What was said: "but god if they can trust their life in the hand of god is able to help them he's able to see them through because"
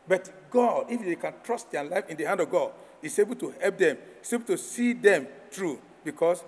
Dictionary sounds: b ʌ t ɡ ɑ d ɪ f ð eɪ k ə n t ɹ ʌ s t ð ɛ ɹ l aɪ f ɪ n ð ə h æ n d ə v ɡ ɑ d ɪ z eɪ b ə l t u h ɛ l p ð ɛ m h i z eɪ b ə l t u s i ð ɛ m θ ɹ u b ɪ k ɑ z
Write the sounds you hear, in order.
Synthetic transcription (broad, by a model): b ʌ t ɡ ɑ d ɪ f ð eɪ k ə n t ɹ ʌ s t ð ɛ l aɪ f ɪ n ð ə h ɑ n d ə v ɡ ɑ d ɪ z eɪ b ə l t u h ɛ l p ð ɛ m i s eɪ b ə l t u s i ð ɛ m t ɹ u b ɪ k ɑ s